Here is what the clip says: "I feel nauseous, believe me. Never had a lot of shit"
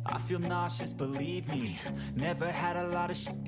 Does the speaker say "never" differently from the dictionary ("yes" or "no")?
no